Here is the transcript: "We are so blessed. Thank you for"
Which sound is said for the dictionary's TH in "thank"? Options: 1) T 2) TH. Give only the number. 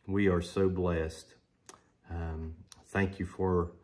2